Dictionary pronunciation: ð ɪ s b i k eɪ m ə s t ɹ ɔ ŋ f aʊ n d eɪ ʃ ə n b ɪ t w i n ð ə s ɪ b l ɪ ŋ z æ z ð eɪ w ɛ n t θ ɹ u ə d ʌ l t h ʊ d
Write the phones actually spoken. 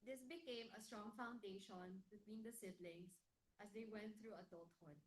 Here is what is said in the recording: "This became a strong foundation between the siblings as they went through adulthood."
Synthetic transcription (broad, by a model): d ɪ s b i k eɪ m ə s t ɹ ɔ ŋ f aʊ n d eɪ ʃ ə n b ɪ t w i n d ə s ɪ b l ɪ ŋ s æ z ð eɪ w ɛ n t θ ɹ u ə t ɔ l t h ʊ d